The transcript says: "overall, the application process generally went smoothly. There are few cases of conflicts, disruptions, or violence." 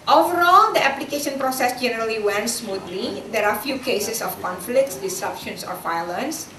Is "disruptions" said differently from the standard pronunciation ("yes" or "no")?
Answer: yes